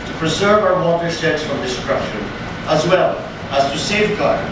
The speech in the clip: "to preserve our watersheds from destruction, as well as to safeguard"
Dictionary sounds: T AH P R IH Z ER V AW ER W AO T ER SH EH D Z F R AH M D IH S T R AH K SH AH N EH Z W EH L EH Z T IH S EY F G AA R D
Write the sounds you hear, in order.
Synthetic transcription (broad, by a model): T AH P R IH Z ER V AW ER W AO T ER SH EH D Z F R AH M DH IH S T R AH SH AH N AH Z W EH L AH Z T IH S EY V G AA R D